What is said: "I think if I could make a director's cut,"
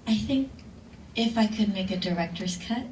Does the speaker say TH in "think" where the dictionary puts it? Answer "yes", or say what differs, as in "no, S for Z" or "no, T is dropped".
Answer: yes